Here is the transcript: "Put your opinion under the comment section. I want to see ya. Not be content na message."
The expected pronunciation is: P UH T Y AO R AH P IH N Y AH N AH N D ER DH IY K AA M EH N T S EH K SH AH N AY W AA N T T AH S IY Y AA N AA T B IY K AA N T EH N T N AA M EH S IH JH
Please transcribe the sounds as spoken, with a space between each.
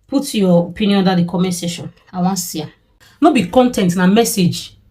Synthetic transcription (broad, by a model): P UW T Y AO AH P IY N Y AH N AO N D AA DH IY K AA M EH S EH SH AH N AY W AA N S IY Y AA N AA B IY K AA N T EH N T N AA M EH S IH JH